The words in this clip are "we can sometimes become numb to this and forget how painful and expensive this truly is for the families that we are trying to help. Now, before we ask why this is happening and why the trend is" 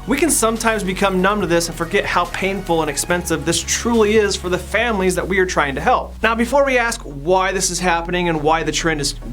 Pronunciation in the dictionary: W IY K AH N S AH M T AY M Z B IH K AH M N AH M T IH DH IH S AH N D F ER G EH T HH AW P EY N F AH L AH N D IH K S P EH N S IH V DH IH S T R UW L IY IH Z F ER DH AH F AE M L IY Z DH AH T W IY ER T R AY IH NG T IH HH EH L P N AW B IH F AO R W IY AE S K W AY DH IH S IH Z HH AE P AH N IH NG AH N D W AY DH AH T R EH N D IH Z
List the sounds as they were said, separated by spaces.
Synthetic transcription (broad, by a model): W IY K AH N S AH M T AY M Z B IH K AH M N AH M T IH DH IH S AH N F ER G EH T HH AW P EY N F L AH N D IH K S P EH N S IH V DH IH S T R UW L IY IH Z F ER DH AH F AE M L IY Z DH AH T W IY ER T R AY IH NG T IH HH EH L P N AW B IH F AO R W IY AE S K W AY DH IH S IH Z HH AE P AH N IH NG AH N W AY DH AH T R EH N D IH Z